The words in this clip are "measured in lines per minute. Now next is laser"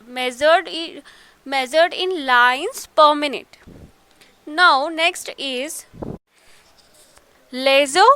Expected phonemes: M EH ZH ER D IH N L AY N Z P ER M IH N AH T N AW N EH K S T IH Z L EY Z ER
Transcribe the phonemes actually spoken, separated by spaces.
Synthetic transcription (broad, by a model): M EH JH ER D IH N L AY N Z P ER M IH N AH T N AW N EH K S T IH Z L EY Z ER